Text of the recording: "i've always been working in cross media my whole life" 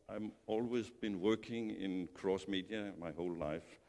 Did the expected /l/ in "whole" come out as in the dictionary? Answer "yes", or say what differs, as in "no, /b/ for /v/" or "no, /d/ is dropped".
yes